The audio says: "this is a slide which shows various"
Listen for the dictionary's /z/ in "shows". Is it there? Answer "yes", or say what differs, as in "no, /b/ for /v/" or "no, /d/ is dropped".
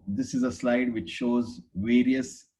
yes